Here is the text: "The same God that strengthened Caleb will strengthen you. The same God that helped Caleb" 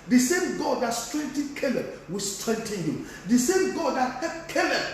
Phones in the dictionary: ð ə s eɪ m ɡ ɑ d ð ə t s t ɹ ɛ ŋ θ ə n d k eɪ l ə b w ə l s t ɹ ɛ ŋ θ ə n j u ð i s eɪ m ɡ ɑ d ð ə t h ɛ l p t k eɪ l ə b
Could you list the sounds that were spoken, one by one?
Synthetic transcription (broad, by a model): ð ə s eɪ m ɡ ɑ d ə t s t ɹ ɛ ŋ t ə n k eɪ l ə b w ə s t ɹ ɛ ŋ t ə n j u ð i s eɪ m ɡ ɑ d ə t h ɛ p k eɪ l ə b